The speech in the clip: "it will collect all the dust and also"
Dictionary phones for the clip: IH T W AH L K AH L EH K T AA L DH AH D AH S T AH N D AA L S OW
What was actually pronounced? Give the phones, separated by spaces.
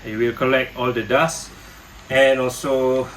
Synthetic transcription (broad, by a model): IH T W AH L K AH L EH K T AA L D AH D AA S AH N AA L S OW